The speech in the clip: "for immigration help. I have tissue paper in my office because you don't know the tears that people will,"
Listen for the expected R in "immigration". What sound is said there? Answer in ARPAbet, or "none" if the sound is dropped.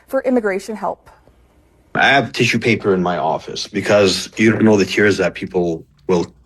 R